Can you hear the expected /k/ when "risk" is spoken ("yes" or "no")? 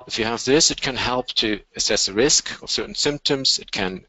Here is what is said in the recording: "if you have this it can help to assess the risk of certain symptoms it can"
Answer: yes